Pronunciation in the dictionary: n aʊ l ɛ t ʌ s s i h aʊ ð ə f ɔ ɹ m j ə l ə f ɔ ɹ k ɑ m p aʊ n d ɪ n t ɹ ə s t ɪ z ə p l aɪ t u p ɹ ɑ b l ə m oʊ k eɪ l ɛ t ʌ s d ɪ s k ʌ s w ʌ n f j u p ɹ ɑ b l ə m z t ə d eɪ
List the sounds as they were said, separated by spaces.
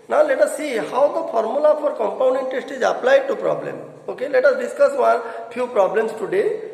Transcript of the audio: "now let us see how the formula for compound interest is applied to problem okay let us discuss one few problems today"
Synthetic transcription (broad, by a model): n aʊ l ɛ t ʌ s s i h aʊ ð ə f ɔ ɹ m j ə l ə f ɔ ɹ k ɑ m p aʊ n d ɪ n t ə s t ɪ z ə p l aɪ t u p ɹ ɑ b l ə m oʊ k eɪ l ɛ t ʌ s d ɪ s k ʌ s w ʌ n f j u p ɹ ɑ b l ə m s t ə d eɪ